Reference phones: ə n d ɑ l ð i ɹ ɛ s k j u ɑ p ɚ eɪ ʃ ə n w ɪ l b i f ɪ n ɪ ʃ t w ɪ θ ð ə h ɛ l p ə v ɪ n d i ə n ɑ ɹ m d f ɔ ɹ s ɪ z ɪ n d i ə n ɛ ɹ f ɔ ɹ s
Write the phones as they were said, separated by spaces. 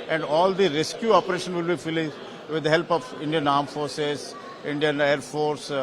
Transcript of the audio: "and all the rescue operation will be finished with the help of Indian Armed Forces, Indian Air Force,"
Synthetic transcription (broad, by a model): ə n d ɑ l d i ɹ ɛ s k j u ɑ p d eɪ ʃ ə n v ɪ l b i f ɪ l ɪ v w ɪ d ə h ɛ l p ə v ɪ n d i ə n ɑ ɹ m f ɔ ɹ s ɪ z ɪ n d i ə n ɛ ɹ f ɔ ɹ s